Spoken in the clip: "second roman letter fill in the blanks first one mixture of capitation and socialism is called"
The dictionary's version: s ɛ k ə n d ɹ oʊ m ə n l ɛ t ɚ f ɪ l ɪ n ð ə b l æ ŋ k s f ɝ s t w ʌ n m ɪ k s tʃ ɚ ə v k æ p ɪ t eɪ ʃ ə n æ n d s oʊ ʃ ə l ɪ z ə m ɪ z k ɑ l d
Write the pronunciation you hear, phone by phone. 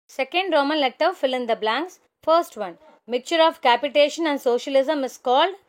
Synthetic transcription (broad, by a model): s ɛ k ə n d ɹ oʊ m ə n l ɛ t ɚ f ɪ l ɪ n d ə b l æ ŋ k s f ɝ s t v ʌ n m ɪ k tʃ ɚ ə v k æ p ɪ t eɪ ʃ ə n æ n d s oʊ ʃ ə l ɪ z ə m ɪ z k ɑ l d